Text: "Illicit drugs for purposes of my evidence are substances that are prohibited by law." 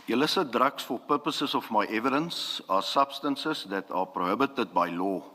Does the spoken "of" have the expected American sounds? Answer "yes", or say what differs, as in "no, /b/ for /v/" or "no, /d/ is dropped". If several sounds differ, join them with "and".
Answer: no, /f/ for /v/